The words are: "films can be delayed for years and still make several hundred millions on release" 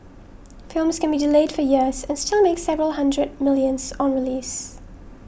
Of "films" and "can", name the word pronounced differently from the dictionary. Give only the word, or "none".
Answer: none